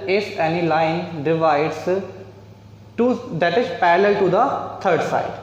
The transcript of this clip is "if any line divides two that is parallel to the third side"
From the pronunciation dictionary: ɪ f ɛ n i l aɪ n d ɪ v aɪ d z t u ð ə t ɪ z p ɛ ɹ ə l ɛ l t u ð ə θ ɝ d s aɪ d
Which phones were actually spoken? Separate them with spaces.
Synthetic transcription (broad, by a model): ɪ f ɛ n i l aɪ n d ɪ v aɪ d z t u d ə t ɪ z p ɛ ɹ ə l ɛ l t u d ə t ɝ d s aɪ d